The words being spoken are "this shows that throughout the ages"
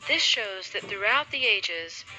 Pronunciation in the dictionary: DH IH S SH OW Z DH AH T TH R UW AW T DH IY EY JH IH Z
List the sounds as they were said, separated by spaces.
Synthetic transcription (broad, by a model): DH IH S SH OW Z DH AH T TH R UW AW T DH IY EY JH IH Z